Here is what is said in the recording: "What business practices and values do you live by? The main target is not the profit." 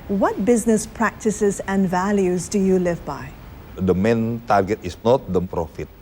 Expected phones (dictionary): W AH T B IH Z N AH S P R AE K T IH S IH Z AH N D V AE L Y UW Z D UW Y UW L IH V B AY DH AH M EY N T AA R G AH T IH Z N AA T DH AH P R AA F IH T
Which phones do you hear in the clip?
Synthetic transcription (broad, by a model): W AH T B IH Z N AH S P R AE K T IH S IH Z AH N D V AE L Y UW Z D UW Y UW L IH V B AY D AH M EY N T AA R G AH T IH S N AA T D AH P R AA F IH T